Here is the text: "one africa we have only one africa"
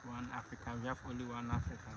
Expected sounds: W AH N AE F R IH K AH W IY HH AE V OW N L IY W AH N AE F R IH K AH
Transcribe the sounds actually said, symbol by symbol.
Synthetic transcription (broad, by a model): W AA N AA F R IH K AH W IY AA F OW L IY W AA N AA F R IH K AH